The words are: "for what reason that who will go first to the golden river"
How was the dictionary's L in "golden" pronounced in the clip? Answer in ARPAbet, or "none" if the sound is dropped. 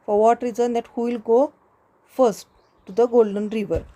L